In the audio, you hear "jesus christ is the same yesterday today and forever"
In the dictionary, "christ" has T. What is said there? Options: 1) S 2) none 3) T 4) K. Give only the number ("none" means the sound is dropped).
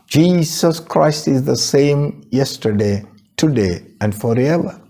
3